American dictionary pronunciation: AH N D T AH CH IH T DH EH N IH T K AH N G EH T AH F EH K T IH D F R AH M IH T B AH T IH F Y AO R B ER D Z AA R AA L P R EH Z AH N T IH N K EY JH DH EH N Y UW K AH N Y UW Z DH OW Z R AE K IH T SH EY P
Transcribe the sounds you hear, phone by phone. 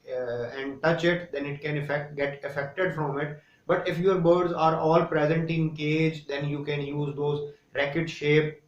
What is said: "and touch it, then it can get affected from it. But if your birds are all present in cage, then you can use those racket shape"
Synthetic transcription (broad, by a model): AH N D T AH CH IH T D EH N IH T K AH N G EH T AH F EH K T IH D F R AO M IH T B AH T IH F Y AO R B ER D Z AA R AA L P R EH Z AH N T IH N K EY JH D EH N Y UW K AH N Y UW Z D OW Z R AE K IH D SH EY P